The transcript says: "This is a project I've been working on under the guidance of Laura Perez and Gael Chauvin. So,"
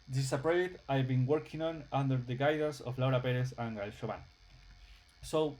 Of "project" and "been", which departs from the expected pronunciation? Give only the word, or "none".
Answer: project